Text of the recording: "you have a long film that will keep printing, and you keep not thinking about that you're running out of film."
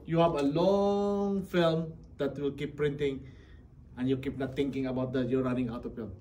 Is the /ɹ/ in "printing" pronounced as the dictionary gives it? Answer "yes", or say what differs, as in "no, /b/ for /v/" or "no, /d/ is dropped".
yes